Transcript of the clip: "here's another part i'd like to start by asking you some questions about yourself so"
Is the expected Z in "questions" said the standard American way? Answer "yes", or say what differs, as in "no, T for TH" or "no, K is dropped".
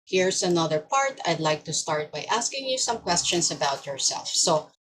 no, S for Z